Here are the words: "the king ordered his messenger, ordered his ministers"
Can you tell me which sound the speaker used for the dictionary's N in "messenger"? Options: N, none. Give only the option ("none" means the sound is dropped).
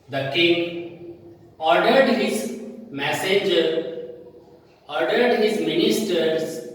none